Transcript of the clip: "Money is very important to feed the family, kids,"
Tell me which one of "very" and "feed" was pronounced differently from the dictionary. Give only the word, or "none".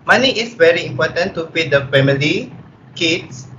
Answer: feed